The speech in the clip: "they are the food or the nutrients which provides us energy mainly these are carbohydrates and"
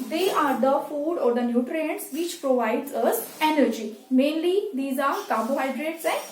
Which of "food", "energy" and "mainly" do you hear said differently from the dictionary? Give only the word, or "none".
none